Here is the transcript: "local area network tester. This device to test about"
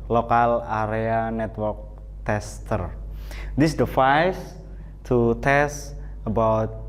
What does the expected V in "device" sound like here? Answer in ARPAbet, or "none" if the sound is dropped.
F